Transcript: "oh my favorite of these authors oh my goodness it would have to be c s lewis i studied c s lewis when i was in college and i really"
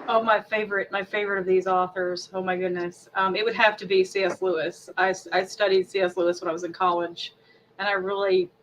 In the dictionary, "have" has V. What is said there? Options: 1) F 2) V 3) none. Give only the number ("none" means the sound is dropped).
1